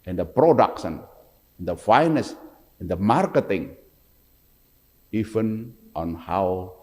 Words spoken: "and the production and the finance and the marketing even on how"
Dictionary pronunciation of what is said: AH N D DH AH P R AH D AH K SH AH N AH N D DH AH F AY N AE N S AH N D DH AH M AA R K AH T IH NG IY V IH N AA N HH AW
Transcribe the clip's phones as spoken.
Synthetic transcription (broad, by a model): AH N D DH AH P R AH D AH K S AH N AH N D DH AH F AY N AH S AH N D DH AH M AA R K AH T IH NG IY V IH N AA N HH AW